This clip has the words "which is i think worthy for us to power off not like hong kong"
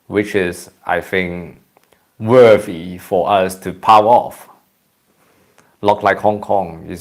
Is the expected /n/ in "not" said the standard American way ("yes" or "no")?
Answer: no